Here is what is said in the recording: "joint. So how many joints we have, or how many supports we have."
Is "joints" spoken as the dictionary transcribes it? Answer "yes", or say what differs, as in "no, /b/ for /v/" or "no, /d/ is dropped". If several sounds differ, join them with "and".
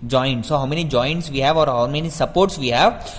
yes